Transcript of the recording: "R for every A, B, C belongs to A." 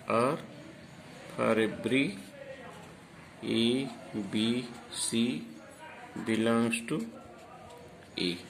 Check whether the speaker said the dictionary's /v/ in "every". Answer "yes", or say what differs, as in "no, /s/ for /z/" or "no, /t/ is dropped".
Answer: no, /b/ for /v/